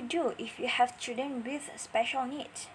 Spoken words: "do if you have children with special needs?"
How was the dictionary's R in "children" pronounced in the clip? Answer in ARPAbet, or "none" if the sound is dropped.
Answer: none